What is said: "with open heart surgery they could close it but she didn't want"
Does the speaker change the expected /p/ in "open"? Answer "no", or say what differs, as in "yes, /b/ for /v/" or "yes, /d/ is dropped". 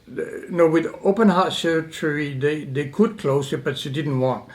no